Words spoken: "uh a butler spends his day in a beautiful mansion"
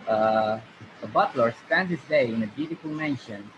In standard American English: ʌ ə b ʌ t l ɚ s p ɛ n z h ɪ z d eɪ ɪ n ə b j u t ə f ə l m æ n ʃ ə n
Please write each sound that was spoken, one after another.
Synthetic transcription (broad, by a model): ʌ ə b ʌ t l ɚ s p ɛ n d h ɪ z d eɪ ɪ n ə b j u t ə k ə l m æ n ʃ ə n